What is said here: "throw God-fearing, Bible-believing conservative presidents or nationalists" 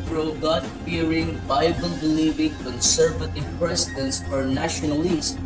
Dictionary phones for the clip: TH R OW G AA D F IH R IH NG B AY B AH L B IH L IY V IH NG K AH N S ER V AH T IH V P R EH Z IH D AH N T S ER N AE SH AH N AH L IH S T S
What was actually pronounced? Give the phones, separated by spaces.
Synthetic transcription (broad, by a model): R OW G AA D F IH R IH NG B AY B AH L B IH L IY V IH NG K AH N S ER V AH T IH V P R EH S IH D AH N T S ER N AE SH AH N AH L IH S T